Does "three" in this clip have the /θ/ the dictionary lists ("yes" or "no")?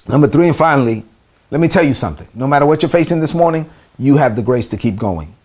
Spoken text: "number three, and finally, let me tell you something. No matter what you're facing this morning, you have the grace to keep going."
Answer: yes